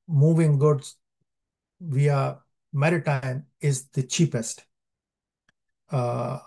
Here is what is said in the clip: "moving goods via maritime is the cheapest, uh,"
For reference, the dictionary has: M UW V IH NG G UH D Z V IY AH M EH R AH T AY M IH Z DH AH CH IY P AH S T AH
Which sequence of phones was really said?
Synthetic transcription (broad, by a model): M UW V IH NG G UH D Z V IY AH M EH R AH T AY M IH Z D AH CH IY P AH S T